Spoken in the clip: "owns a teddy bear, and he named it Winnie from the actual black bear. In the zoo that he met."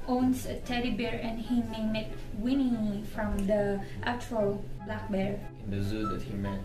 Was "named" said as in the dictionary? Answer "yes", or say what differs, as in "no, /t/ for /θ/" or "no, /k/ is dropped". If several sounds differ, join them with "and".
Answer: no, /d/ is dropped